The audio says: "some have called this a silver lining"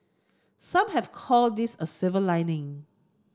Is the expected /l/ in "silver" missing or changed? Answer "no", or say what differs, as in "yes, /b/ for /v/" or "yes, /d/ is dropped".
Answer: yes, /l/ is dropped